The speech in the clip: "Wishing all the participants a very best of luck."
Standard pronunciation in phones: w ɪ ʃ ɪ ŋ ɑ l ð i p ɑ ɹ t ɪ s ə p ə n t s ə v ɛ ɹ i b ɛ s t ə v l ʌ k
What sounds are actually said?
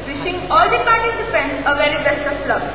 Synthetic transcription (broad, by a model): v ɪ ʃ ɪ ŋ ɑ l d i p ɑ ɹ t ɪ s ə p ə n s ə v ɛ ɹ i b ɛ s t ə p l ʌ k